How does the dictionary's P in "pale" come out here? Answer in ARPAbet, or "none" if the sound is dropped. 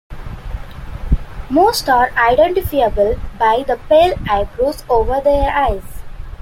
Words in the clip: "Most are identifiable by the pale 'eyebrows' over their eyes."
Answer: P